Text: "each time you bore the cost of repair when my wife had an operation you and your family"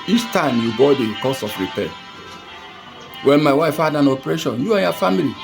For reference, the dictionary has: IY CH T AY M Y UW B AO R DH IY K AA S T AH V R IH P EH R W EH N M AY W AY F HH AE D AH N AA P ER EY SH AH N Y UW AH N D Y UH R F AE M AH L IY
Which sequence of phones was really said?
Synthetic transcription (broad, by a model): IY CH T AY M Y UW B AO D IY K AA S AH F R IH P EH W EH N M AY W AY F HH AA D AH N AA P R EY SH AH N Y UW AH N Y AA F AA M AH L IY